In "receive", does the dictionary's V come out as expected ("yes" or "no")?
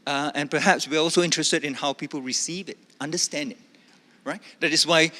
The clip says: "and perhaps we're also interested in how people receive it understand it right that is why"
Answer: yes